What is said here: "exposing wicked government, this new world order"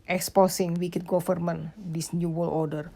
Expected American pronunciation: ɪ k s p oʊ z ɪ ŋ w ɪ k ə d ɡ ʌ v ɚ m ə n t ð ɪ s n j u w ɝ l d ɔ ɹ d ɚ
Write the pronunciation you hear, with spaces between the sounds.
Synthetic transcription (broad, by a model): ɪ k s p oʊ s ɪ ŋ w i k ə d ɡ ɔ f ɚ m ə n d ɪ s n j u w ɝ l ɔ ɹ d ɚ